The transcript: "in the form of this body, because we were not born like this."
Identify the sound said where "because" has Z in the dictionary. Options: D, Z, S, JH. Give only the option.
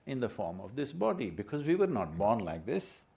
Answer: Z